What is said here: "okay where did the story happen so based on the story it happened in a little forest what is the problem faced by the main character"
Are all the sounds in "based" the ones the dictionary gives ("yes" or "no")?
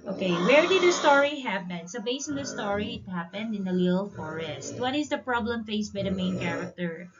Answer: no